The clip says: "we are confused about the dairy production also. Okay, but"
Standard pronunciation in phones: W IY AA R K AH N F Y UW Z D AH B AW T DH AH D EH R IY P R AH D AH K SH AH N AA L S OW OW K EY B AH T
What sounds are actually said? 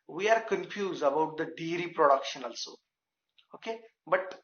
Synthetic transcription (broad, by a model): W IY AA R K AH N F Y UW Z D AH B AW T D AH D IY R IY P R AH D AH K SH AH N AA L S OW OW K EY B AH T